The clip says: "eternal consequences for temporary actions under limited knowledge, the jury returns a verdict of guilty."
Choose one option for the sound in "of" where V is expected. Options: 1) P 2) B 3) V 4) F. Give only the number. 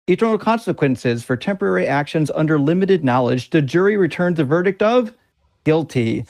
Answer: 3